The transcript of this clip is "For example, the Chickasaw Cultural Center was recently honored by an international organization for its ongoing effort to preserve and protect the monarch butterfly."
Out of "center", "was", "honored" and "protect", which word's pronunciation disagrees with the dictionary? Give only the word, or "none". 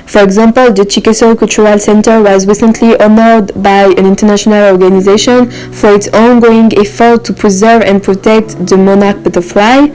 none